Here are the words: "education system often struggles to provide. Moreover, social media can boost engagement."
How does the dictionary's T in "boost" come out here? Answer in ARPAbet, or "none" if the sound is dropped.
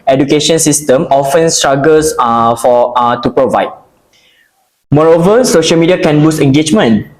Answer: none